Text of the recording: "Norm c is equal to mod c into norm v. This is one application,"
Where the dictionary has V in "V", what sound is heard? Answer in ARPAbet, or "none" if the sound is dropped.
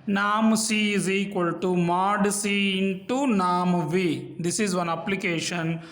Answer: V